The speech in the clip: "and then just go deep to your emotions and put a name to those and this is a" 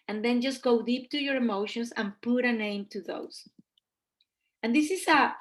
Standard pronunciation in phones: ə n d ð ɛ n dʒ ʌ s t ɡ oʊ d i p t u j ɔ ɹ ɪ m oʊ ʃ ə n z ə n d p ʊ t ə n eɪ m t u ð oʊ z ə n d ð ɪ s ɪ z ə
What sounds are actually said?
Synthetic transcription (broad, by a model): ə n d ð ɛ n dʒ ʌ s t ɡ oʊ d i p t u j ɔ ɹ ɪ m oʊ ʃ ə n s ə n p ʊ t ə n eɪ m t u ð oʊ s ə n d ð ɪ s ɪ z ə